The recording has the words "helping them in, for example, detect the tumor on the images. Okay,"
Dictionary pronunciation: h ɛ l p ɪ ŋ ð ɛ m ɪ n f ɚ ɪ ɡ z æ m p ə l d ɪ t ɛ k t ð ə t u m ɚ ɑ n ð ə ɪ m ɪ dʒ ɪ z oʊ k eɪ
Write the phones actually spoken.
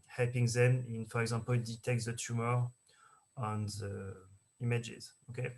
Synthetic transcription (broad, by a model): h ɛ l p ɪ ŋ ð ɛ m ɪ n f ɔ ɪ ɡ z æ p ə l d ɪ t ɛ k t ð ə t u m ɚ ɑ n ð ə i m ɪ dʒ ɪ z oʊ k eɪ